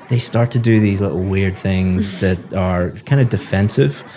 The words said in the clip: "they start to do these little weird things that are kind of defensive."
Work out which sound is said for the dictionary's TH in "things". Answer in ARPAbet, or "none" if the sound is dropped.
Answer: TH